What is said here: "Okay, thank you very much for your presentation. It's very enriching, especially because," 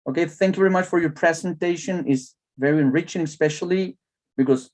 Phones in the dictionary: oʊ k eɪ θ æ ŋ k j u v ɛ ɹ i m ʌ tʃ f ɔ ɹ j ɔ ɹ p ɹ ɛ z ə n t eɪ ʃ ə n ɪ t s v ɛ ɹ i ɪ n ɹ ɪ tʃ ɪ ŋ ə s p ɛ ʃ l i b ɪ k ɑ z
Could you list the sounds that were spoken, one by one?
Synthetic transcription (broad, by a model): oʊ k eɪ θ æ ŋ k j u v ɛ ɹ i m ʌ tʃ f ɔ ɹ j ɔ ɹ p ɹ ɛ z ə n t eɪ ʃ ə n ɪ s v ɛ ɹ i ɪ n ɹ ɪ tʃ ɪ ŋ s p ɛ ʃ l i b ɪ k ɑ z